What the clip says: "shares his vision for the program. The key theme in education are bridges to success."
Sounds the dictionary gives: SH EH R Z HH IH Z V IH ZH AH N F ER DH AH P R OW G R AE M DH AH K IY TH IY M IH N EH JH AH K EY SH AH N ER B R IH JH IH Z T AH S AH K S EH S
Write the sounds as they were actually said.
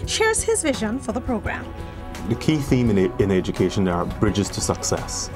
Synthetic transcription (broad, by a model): SH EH R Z HH IH Z V IH ZH AH N F ER DH AH P R OW G R AE M DH AH K IY TH IY M IH N EH JH AH K EY SH AH N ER B R IH JH IH Z T AH S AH K S EH S